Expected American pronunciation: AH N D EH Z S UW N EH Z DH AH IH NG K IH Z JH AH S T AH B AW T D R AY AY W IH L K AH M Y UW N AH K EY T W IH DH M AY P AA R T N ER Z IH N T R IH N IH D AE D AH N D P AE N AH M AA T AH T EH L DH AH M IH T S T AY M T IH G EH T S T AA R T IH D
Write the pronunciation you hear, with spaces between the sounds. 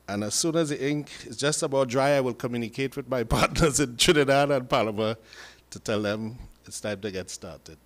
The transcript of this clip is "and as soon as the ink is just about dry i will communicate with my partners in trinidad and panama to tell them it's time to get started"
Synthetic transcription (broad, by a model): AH N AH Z S UW N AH Z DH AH IH NG K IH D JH AH S T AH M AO D R AY AY W IH L K AH M Y UW N AH K EY T W IH DH M AY P AA R T N ER Z IH N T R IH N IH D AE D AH N P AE L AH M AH T AH T EH L DH AH M IH T S T AY M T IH G EH T S T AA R T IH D